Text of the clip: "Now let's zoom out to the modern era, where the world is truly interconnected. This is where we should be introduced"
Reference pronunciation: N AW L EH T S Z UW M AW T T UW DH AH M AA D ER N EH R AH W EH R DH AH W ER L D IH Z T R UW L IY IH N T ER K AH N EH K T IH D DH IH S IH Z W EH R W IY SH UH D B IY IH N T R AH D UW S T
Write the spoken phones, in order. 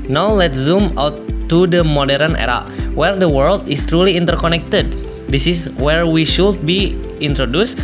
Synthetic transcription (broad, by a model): N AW L EH T S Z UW M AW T T UW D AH M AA D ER N EH R AH W EH R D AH W ER L D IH S T R UW L IY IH N T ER K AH N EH K T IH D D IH S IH S W EH R W IY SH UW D B IY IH N T R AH D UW S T